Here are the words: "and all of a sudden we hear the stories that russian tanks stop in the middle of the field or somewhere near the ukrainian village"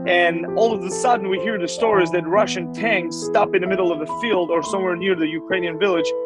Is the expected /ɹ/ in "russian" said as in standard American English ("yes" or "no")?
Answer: yes